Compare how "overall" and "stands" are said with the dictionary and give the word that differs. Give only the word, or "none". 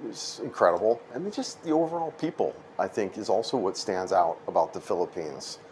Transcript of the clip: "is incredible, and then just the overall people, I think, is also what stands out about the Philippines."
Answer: none